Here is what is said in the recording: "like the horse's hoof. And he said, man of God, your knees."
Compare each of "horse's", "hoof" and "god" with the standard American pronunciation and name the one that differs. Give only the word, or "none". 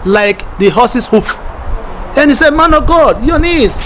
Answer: horse's